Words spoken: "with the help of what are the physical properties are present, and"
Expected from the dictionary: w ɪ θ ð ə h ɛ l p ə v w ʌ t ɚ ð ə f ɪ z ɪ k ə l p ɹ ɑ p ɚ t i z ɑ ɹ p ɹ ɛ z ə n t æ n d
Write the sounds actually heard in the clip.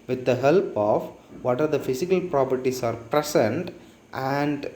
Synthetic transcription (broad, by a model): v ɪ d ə h ɛ l p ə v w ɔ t ɚ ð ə f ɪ s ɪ k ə l p ɹ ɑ p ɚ t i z ɑ ɹ p ɹ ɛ s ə n t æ n d